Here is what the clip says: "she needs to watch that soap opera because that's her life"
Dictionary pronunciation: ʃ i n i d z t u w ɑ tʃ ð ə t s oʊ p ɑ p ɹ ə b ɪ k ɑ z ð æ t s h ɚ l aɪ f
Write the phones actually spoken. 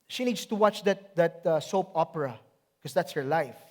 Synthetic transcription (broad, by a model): ʃ i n i d s t u w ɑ tʃ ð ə t s oʊ p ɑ p ə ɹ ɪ k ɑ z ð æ t s h ɚ l aɪ f